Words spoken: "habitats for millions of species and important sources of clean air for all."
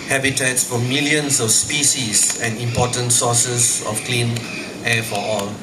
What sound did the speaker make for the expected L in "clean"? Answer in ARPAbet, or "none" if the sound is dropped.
L